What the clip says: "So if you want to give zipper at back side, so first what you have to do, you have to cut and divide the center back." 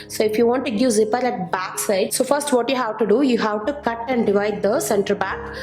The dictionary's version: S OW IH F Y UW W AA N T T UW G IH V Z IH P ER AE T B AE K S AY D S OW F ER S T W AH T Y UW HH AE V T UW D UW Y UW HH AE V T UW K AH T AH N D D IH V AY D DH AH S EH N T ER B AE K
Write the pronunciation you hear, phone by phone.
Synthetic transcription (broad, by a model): S OW IH F Y UW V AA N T T UW G IH V Z IH P ER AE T B AE K S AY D S OW F ER S T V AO T Y UW HH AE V T UW D UW Y UW HH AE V T UW K AH T AH N D D IH V AY D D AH S EH N T ER B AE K